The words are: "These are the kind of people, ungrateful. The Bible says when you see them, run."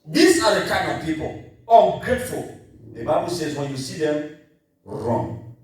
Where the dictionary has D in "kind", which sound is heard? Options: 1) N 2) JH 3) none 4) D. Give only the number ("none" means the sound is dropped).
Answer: 3